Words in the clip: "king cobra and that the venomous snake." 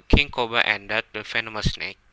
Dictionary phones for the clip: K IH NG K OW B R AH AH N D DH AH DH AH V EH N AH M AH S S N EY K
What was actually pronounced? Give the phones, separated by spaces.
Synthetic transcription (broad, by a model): K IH NG K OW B AH AH N D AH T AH F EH N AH M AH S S N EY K